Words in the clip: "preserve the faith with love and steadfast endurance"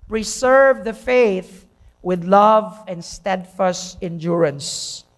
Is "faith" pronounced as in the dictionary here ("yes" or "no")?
yes